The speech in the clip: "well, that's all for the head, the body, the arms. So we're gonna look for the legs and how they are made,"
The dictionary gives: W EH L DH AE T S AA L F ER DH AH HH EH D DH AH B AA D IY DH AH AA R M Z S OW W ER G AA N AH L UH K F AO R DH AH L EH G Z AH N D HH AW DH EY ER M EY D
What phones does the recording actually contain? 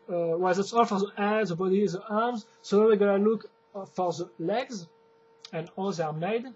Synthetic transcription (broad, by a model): W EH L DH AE T S AA L F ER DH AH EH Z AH B AA D IY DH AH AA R M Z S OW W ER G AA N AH L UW K F AO R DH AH L EH G Z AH N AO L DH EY ER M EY D